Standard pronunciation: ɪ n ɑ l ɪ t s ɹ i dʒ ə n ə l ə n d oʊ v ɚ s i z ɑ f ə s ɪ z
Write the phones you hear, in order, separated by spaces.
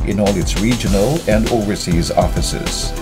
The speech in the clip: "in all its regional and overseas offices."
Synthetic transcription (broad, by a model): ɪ n ɑ l ɪ t s ɹ i dʒ ə n ə l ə n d oʊ v ɚ s i z ɑ f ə s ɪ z